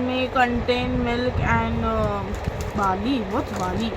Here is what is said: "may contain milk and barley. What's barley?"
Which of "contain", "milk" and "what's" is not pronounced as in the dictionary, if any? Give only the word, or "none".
what's